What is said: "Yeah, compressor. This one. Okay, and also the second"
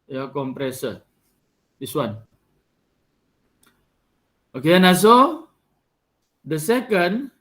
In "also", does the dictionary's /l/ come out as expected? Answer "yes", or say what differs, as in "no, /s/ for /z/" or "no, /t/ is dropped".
no, /l/ is dropped